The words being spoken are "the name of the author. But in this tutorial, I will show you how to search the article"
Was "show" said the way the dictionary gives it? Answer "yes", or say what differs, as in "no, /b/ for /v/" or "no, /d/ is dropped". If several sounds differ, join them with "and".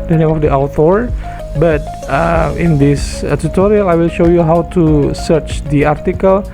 yes